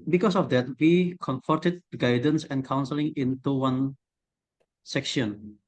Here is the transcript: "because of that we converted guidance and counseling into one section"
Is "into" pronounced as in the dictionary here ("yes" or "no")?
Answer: yes